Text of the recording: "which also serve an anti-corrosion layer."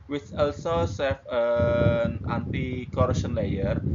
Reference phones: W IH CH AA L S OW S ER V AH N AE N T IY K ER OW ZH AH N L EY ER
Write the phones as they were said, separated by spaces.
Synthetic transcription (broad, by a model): W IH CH AA L S OW S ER F AH N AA N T IY K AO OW SH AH N L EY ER